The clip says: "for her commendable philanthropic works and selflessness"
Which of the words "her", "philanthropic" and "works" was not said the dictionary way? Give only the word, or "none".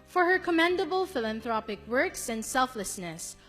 none